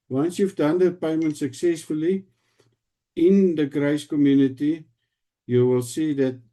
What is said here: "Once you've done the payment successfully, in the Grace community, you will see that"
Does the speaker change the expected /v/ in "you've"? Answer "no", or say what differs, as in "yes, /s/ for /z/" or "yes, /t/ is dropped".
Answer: yes, /f/ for /v/